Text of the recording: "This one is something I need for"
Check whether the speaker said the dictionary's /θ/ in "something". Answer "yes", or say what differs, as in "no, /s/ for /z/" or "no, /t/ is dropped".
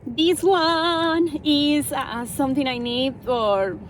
no, /t/ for /θ/